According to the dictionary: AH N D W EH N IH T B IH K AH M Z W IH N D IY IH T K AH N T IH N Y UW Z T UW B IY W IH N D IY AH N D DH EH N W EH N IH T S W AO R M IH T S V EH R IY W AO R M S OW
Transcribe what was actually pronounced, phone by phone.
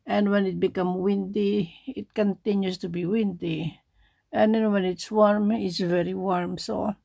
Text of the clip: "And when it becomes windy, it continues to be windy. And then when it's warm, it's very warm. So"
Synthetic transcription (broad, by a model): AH N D W EH N IH T B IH K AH M W IH N D IY IH T K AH N T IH N Y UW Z T UW B IY W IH N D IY AH N D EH N W EH N IH T S W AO R M IH T S V EH R IY W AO R M S OW